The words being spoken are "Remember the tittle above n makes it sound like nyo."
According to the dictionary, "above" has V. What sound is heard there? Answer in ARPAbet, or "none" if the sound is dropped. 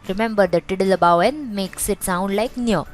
W